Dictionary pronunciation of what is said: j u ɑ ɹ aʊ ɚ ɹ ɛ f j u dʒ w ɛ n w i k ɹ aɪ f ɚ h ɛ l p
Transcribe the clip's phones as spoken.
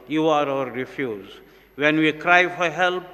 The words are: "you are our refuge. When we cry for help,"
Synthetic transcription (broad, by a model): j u ɑ ɹ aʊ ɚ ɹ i f j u z w ɛ n w i k ɹ aɪ f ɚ h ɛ l p